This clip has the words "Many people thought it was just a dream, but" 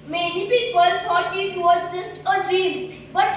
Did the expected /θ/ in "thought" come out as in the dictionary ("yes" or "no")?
no